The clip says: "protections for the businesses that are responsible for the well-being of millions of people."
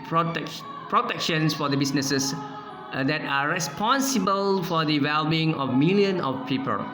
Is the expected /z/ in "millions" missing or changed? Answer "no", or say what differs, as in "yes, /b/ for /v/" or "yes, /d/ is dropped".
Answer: yes, /z/ is dropped